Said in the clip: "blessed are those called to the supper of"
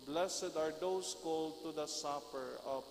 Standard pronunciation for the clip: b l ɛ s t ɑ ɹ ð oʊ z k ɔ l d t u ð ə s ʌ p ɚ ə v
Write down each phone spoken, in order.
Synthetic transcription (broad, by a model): b l ɛ s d ɑ ɹ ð oʊ s k ɔ l d t u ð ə s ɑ p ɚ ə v